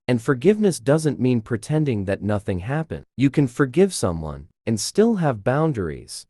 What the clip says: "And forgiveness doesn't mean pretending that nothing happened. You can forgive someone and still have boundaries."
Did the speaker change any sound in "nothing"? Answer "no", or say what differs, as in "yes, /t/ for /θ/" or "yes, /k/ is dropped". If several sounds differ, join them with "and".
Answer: no